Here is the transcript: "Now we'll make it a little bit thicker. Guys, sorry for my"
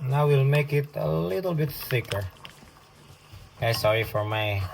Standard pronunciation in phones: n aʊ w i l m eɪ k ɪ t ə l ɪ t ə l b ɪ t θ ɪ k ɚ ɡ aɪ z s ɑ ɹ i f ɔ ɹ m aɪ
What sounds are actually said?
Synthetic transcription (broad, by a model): n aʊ w i l m eɪ k ɪ t ə l ɪ t ə l b ɪ t s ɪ k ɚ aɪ s ɑ ɹ i f ɔ ɹ m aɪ